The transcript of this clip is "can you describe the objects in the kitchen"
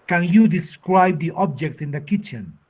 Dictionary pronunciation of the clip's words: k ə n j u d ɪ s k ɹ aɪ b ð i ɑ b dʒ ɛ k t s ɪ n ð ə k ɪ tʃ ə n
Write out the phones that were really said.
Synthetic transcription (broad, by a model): k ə n j u d ɪ s k ɹ aɪ b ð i ɑ b dʒ ɛ k t s ɪ n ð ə k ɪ tʃ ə n